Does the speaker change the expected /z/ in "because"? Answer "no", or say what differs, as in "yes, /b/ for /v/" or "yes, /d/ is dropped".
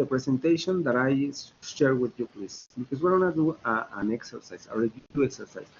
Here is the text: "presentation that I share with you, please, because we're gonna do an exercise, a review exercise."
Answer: yes, /s/ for /z/